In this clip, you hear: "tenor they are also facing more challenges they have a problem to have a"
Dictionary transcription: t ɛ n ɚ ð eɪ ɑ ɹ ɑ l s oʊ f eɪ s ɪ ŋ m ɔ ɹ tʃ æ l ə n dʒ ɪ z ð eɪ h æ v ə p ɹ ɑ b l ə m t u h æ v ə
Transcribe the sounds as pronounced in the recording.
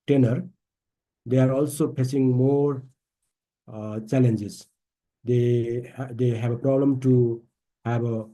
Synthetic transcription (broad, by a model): t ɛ n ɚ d eɪ ɑ ɹ ɑ l s oʊ p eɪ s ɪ ŋ m ɔ ɹ tʃ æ l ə n dʒ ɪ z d eɪ h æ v ə p ɹ ɑ b l ə m t u h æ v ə